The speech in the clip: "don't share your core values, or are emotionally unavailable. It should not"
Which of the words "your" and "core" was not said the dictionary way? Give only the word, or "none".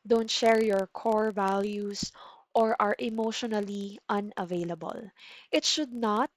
none